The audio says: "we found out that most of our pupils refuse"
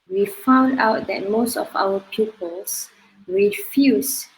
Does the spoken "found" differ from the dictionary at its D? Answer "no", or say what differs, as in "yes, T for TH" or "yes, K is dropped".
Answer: no